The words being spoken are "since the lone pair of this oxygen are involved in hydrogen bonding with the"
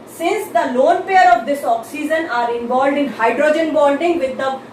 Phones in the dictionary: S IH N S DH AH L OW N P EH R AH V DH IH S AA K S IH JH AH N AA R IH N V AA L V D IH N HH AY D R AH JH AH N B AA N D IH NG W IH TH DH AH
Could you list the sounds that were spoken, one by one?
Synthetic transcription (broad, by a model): S IH N S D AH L OW N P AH R AH V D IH S AA K S IH JH AH N AA R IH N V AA L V D IH N HH AY D R AH JH AH N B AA L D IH NG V IH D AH